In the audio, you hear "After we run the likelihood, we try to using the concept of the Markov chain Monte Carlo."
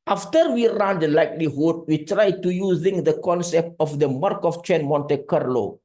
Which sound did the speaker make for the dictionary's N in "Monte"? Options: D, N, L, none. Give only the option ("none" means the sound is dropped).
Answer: N